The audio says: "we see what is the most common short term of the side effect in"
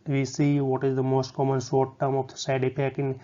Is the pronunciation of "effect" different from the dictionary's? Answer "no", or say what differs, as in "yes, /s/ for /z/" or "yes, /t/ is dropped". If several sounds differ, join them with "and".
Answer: yes, /p/ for /f/ and /t/ is dropped